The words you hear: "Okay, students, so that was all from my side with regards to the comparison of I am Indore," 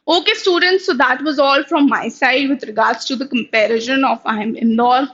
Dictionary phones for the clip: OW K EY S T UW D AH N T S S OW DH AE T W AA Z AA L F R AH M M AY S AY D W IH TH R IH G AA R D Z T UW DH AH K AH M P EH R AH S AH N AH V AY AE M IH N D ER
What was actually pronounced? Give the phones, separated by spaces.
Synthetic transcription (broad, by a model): OW K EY S T UW D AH N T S S OW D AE T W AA Z AA L F R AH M M AY S AY D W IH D R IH G AA R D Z T UW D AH K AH M P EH R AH SH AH N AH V AY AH M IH N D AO